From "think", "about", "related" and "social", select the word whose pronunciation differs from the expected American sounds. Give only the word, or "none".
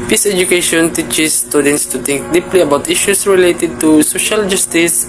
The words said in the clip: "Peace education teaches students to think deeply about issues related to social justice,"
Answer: think